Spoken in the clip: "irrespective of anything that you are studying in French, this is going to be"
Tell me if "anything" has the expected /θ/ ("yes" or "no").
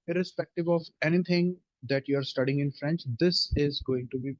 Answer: no